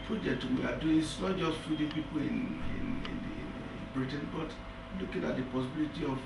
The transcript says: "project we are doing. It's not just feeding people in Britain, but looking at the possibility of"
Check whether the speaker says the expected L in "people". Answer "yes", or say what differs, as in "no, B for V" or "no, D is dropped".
no, N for L